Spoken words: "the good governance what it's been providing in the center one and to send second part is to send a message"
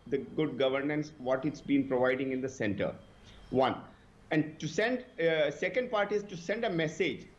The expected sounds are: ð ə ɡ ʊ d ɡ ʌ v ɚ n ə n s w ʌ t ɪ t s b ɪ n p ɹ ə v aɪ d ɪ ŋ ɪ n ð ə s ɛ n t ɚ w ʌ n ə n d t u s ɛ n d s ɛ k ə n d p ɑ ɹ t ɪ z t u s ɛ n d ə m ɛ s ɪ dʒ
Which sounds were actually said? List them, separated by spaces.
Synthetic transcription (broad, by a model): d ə ɡ ʊ d ɡ ʌ v ɚ n ə n s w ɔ t ɪ t s b ɪ n p ɹ ə v aɪ d ɪ ŋ ɪ n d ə s ɛ n t ɚ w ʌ n ə n d t u s ɛ n d s ɛ k ə n d p ɑ ɹ t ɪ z t u s ɛ n d ə m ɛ s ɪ dʒ